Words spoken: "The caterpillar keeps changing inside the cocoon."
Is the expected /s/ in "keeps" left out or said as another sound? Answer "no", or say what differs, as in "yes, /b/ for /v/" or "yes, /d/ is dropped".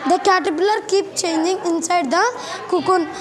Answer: yes, /s/ is dropped